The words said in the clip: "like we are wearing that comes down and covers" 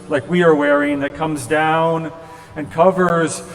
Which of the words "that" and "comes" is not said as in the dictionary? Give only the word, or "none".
none